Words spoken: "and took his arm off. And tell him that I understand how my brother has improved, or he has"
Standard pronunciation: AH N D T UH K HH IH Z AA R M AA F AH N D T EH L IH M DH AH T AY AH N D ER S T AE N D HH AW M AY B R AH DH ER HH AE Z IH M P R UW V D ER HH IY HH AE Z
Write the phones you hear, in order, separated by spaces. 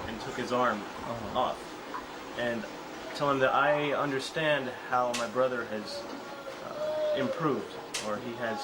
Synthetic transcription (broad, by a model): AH N T UH K HH IH Z AA R M AA F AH N T EH L IH M DH AH T AY AH N D ER S T AE N D HH AW M AY B R AH DH ER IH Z IH M P R UW V D ER IY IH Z